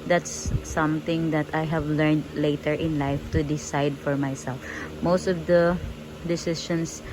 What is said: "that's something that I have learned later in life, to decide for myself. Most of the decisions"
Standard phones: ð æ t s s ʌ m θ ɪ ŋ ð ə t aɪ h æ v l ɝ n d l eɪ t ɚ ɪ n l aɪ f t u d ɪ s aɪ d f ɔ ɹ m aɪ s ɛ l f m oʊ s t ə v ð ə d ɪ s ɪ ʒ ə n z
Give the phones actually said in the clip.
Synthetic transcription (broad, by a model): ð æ t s s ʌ m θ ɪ ŋ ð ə t aɪ h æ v l ɝ n d l eɪ t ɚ ɪ n l aɪ f t u d ɪ s aɪ d f ɔ ɹ m aɪ s ɛ l f m oʊ s t ə v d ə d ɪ s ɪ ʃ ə n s